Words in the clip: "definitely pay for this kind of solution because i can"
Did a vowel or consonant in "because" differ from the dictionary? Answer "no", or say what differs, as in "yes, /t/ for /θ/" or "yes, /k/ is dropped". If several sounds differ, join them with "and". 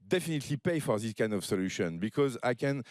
no